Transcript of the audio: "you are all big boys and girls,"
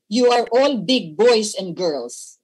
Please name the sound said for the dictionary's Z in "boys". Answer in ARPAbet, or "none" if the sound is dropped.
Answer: S